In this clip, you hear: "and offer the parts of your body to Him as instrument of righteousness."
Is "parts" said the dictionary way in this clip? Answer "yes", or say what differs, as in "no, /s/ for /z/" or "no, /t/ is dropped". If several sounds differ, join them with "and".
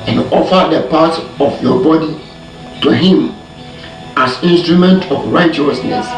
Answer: no, /s/ is dropped